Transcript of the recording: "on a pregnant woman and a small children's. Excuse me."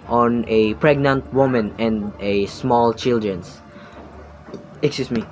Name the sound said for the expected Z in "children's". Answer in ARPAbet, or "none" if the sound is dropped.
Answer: S